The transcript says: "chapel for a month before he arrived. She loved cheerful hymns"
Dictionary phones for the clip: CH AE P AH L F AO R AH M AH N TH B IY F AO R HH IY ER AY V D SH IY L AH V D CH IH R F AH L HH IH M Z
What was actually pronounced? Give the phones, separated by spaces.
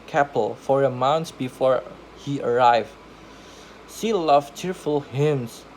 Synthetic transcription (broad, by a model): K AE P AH L F AO R AH M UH N S B IY F AO R HH IY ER AY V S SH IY L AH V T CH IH R F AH L HH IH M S